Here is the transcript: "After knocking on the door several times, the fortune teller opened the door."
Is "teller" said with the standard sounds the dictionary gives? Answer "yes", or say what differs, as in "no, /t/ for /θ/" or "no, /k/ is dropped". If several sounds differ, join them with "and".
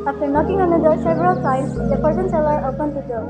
no, /s/ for /t/